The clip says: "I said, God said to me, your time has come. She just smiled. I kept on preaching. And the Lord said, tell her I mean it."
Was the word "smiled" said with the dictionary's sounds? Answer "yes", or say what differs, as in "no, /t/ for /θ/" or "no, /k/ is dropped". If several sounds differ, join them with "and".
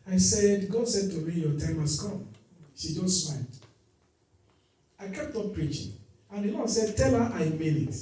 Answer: no, /n/ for /l/